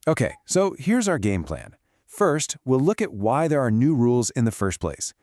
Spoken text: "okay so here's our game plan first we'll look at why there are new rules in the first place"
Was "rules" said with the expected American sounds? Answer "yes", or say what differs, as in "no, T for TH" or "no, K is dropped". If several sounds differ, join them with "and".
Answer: yes